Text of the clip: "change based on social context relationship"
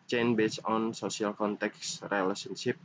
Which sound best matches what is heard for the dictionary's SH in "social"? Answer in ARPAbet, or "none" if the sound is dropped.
S